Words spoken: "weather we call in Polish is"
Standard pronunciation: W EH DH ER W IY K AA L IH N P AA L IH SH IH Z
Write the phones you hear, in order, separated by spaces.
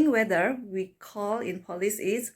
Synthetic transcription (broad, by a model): W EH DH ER W IY K AA L IH N P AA L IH S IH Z